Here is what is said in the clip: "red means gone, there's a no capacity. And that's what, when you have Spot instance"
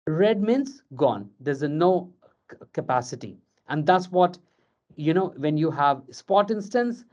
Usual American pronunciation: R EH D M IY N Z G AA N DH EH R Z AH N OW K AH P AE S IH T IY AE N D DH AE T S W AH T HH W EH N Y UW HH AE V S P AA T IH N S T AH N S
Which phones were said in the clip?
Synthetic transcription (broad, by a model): R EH D M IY N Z G AA N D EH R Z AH N OW K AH P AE S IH T IY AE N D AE T S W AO T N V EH N Y UW HH AE V S P AA T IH N S T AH N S